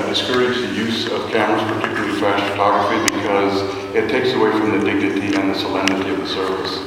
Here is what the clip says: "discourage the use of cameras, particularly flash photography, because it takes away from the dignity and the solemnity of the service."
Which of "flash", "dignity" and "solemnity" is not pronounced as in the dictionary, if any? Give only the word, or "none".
flash